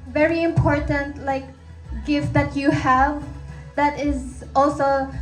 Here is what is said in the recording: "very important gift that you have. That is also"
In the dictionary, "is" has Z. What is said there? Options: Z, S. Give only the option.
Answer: Z